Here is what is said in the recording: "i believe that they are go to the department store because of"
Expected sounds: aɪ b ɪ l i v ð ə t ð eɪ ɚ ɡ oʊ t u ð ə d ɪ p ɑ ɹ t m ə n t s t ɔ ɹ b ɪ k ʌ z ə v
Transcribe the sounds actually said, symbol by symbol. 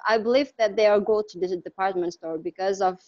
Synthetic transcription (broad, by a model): aɪ b ɪ l i v ð ə t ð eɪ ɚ ɡ oʊ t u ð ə d ɪ p ɑ ɹ t m ə n t s t ɔ ɹ b ɪ k ʌ z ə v